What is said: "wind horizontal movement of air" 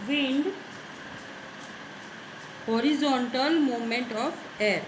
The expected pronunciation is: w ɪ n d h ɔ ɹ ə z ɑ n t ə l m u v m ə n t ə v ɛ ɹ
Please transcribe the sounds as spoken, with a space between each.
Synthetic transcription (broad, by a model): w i n d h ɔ ɹ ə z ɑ n t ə l m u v m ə n t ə p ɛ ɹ